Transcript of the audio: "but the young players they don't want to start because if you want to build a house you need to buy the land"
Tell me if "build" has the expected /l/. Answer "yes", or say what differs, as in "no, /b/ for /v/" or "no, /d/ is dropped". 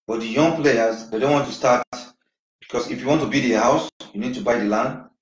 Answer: no, /l/ is dropped